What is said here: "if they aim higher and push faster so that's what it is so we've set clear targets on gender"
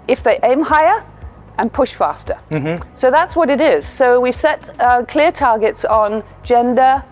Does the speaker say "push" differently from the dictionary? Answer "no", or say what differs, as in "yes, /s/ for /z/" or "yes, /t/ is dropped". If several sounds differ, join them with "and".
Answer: no